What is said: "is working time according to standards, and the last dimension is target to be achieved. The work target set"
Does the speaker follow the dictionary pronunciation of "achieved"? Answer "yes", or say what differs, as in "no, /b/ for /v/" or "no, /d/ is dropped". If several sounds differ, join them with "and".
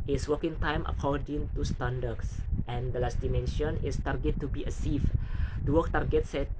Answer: no, /s/ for /tʃ/